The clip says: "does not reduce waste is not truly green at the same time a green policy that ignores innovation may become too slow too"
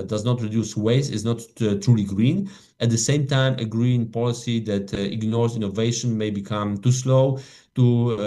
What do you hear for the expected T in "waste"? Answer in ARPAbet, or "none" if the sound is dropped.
none